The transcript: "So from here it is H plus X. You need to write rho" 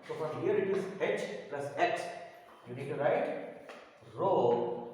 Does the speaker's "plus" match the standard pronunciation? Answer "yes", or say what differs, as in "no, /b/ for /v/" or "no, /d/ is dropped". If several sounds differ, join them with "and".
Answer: yes